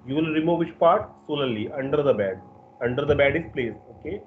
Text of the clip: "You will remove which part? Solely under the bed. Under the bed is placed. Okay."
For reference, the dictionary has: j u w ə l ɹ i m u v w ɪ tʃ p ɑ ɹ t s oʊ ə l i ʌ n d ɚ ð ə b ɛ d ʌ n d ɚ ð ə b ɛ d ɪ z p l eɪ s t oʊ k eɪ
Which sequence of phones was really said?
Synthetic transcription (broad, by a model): j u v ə l ɹ i m u v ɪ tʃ p ɑ ɹ t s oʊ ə l i ʌ n d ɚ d ə b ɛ d ʌ n d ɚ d ə b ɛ d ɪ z p l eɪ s oʊ k eɪ